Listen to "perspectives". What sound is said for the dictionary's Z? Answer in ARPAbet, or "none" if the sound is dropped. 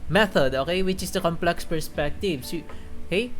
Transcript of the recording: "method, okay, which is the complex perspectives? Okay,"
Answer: S